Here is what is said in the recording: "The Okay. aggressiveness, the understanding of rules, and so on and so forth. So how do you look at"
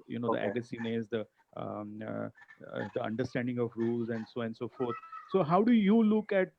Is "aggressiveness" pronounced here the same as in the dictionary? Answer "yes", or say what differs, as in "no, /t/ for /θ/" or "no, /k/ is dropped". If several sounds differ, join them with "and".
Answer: no, /ɹ/ is dropped and /v/ is dropped